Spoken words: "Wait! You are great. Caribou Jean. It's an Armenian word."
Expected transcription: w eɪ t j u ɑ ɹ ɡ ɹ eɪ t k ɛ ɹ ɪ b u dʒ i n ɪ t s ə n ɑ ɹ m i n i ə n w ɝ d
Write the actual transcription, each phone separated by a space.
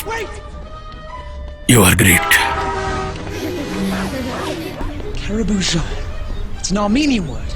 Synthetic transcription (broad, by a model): w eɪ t j u ɑ ɹ ɡ ɹ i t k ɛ ɹ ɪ b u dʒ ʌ ɪ t s ə n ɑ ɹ m i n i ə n w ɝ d